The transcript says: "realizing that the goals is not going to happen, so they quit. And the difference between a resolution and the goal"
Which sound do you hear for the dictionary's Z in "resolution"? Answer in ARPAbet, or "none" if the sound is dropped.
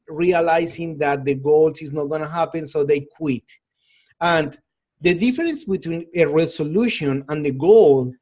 S